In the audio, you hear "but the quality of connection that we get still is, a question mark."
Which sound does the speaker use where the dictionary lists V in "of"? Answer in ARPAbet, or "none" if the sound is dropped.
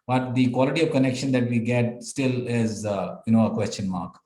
V